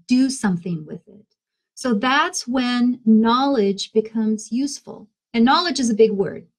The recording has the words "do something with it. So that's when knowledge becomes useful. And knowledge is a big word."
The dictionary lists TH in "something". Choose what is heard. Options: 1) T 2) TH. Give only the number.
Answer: 2